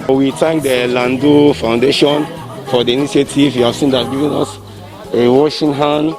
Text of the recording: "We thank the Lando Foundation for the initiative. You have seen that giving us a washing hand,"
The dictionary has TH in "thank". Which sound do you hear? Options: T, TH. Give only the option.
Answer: T